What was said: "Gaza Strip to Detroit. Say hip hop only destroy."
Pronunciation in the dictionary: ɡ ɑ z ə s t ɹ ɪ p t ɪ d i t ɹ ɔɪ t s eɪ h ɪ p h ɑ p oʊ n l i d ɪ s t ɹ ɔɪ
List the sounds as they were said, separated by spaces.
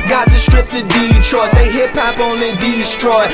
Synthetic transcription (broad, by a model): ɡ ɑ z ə s t ɹ ɪ p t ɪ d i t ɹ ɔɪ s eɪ h ɪ p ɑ p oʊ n i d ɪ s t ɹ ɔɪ